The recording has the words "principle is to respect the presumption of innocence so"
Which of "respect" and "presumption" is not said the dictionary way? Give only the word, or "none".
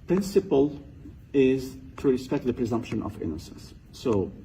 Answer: none